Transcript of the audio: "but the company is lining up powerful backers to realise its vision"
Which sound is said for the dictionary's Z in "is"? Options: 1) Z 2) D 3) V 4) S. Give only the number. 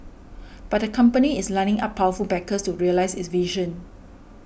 4